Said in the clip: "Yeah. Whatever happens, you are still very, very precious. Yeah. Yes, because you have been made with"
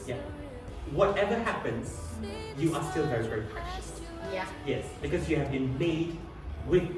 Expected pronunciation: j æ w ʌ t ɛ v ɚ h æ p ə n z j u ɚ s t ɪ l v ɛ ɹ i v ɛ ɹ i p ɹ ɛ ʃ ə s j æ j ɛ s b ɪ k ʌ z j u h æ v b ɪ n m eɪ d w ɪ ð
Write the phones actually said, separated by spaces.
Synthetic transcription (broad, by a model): j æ w ʌ t ɛ v ɚ h æ p ə n z j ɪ ɚ s t ɪ l v ɛ ɹ i v ɛ ɹ i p ɛ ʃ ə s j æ j ɛ s b ɪ k ʌ z j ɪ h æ v b ɪ n m eɪ d w ɪ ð